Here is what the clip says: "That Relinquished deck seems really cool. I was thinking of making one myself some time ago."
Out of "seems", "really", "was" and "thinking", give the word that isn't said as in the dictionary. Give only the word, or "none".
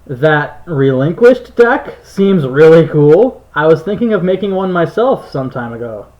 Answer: none